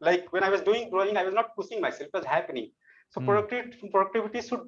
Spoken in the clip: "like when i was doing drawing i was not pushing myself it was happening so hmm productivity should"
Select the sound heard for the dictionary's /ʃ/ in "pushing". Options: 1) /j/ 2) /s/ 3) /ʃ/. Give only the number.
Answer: 2